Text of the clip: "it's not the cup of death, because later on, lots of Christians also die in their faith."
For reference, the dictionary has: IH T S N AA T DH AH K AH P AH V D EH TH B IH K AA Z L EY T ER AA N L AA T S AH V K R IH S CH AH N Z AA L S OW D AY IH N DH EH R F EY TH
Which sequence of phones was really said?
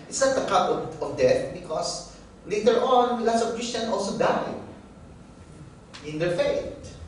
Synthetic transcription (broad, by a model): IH T S N AA T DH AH K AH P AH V D EH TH B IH K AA S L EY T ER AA N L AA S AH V K R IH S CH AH N AA L S OW D AY IH N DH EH R F EY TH